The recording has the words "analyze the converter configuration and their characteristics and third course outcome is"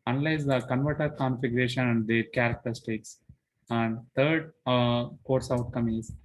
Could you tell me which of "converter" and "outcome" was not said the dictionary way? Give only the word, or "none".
none